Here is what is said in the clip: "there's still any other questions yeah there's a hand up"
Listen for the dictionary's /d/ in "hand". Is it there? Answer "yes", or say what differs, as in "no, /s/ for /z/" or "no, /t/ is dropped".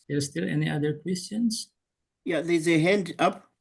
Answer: yes